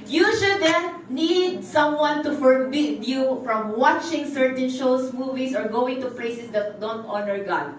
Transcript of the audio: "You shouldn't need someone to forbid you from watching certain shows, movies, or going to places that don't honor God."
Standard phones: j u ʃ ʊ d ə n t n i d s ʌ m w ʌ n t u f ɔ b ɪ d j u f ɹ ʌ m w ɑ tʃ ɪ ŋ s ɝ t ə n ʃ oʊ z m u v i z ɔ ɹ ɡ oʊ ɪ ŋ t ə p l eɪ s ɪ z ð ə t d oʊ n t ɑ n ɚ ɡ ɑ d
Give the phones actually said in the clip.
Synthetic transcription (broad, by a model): j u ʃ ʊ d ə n n i d s ʌ m w ʌ n t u f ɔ b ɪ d j u f ɹ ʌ m w ɑ tʃ ɪ ŋ s ɝ t ə n ʃ oʊ s m u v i s ɔ ɹ ɡ oʊ ɪ ŋ t ə p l eɪ s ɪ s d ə t d oʊ n t ɑ n ɚ ɡ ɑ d